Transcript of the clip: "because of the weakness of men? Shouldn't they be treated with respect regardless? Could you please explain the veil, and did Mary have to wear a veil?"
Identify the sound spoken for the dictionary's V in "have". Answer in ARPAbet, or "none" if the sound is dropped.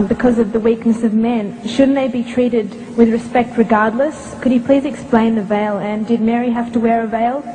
F